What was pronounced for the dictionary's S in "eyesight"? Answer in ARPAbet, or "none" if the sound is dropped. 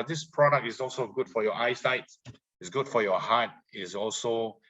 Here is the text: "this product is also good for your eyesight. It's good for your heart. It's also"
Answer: S